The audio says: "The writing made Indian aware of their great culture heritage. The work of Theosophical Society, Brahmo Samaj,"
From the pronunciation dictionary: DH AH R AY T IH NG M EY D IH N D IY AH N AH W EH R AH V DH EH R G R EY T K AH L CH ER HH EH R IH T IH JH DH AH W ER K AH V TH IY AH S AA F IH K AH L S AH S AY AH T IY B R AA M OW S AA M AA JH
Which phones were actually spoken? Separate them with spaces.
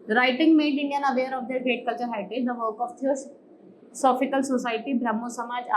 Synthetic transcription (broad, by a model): R AY T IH NG M EY D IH N D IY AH N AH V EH R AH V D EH R G R EY T K AH L CH ER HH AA IH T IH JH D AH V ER K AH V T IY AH S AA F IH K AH L S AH S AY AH T IY B R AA M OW S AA M AA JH